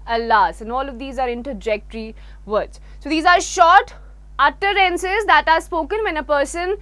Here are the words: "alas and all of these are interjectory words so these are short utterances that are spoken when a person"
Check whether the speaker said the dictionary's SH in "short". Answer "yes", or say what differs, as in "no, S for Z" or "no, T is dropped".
yes